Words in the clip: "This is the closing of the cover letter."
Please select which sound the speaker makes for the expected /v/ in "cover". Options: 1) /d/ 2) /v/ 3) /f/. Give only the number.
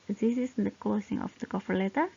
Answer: 3